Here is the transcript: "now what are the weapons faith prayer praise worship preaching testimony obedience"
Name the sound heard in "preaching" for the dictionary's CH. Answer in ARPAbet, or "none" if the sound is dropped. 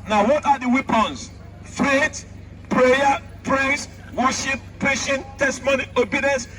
SH